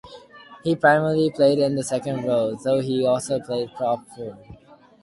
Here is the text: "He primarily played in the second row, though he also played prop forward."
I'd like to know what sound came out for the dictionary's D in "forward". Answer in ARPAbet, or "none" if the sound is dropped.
none